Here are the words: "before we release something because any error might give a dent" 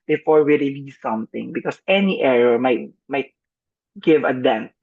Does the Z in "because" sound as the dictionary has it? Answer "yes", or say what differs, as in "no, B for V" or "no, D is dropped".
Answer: no, S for Z